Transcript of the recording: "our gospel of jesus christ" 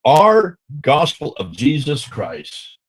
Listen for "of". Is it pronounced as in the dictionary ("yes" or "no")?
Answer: yes